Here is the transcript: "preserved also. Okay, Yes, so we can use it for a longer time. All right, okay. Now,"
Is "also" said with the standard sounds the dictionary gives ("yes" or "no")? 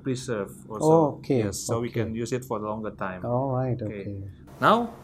no